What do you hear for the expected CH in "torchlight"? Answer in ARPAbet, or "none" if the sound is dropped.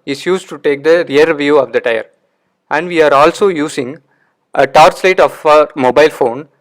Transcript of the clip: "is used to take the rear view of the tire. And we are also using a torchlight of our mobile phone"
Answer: S